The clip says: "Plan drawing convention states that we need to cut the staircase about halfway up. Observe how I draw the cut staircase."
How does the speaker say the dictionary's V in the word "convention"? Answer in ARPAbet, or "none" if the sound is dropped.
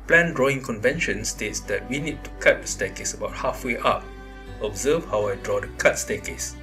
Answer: V